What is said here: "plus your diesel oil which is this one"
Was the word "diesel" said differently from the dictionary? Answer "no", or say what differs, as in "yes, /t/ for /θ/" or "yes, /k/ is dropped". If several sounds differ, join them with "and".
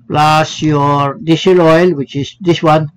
yes, /ʃ/ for /s/